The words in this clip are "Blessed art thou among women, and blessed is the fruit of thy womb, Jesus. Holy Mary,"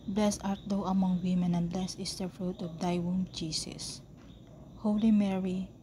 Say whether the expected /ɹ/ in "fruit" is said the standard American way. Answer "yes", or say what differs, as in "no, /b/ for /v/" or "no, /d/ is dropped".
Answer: yes